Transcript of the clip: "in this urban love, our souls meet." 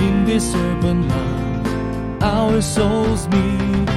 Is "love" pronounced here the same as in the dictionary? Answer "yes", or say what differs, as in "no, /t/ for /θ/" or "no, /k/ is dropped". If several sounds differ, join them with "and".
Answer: no, /v/ is dropped